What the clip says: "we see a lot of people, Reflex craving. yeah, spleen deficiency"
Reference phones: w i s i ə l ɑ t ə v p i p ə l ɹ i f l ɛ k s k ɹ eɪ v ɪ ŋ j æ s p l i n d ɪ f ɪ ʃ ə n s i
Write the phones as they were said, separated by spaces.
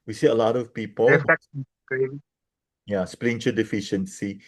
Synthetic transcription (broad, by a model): w i s i ə l ɑ t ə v p i p ə l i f ɛ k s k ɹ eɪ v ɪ j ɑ s p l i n d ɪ f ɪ ʃ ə n s i